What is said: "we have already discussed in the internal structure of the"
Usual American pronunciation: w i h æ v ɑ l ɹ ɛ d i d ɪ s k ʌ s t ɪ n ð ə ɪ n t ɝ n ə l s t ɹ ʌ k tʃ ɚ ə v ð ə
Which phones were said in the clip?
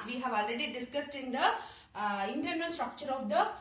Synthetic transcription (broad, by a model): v i h æ v ɑ l ɹ ɛ d i d ɪ s k ʌ s t ɪ n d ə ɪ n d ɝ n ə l s t ɹ ʌ k tʃ ɚ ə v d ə